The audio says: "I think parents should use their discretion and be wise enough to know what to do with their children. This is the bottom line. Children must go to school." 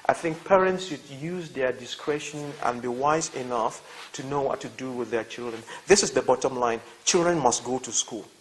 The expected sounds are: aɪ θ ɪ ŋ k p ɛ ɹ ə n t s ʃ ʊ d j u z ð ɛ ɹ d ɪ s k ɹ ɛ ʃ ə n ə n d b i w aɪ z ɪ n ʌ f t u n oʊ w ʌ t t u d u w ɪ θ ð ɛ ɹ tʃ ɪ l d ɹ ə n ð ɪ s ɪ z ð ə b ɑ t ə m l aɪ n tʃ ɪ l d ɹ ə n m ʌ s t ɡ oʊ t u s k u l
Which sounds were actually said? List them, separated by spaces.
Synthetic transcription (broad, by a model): aɪ θ ɪ ŋ k p ɛ ɹ ə n t s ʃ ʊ d j u z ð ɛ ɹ d ɪ s k ɹ ɛ ʃ ə n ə n b i w aɪ z ɪ n ʌ f t u n oʊ w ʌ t t u d u w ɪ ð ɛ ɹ tʃ ɪ l d ɹ ə n ð ɪ s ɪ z ð ə b ɑ t ə m l aɪ n tʃ ɪ l d ɹ ə n m ʌ s t ɡ oʊ t u s k u l